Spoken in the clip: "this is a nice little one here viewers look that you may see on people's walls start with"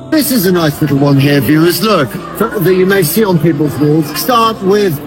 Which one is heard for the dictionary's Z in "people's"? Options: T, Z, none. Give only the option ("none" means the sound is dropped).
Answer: Z